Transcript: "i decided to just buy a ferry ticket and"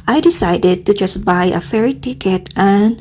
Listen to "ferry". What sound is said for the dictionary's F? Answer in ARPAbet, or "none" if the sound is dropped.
F